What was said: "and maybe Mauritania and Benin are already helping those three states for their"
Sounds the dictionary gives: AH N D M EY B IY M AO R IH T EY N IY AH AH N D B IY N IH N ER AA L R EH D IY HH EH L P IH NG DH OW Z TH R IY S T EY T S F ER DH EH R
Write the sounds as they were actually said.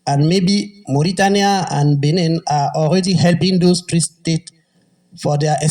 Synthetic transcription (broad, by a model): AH N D M EY B IY M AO R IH T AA N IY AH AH N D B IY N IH N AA AA L R EH D IY HH EH L P IH NG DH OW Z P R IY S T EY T F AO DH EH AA